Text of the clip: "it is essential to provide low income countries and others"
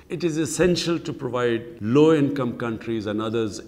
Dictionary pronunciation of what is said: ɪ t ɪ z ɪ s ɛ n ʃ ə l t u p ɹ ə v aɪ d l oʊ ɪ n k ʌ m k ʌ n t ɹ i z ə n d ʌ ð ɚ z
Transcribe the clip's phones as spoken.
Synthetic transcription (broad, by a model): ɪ t ɪ z ɪ s ɛ n ʃ ə l t u p ɹ ə v aɪ d l oʊ ɪ n k ʌ m k ʌ n t ɹ i z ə n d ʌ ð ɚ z